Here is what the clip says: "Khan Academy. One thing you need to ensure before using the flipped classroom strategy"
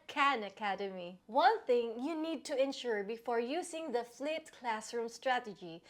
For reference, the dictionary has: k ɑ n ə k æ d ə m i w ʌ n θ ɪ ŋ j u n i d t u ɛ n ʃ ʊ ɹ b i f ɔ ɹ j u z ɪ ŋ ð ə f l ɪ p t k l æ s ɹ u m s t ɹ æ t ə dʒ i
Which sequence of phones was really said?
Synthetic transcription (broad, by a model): k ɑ n ə k æ d ə m i w ʌ n θ ɪ ŋ j u n i d t u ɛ n ʃ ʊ ɹ b i f ɔ ɹ j u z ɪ ŋ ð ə f l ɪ t k l æ s ɹ u m s t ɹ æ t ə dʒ i